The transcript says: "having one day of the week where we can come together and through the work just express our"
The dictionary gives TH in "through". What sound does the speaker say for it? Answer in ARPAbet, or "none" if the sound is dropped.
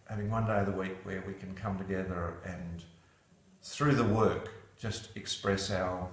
TH